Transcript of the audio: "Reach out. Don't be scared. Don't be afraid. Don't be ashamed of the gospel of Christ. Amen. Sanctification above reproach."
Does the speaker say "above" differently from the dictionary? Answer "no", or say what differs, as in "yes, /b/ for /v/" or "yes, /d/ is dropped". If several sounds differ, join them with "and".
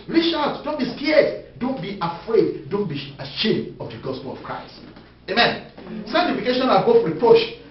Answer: yes, /f/ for /v/